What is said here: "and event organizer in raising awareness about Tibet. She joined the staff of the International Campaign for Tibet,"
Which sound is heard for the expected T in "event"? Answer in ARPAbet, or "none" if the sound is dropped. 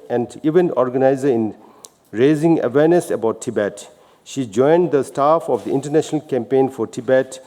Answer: none